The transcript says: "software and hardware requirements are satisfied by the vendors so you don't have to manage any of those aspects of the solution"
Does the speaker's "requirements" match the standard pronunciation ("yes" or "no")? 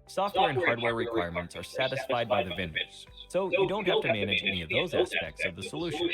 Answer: yes